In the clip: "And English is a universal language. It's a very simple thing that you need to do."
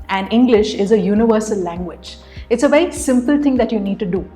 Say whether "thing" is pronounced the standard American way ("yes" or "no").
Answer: no